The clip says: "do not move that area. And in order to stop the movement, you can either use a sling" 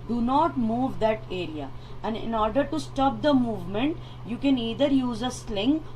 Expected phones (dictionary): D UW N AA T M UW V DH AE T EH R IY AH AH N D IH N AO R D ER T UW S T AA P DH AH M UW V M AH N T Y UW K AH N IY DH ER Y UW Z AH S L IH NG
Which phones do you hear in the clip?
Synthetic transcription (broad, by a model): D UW N AA T M UW V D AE T EH R IY AH AH N D IH N AO R D ER T UW S T AA P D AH M UW V M AH N T Y UW K AH N IY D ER Y UW Z AH S L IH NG